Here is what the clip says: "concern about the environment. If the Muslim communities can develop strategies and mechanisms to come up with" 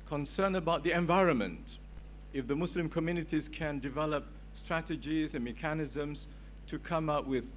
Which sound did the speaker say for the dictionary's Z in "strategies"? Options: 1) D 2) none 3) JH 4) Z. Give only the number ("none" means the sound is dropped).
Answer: 4